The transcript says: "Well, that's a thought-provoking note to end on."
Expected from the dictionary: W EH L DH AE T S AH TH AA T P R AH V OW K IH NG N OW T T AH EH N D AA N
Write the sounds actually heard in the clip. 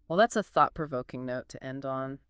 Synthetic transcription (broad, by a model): W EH L DH AE T S AH TH AA T P R AH V OW K IH NG N OW T T EH N D N